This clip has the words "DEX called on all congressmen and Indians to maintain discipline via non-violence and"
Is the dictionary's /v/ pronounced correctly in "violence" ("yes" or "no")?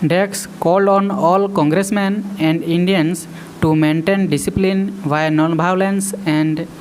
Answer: no